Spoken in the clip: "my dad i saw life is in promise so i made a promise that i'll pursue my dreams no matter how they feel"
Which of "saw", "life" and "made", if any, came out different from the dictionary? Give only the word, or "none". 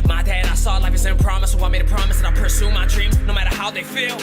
life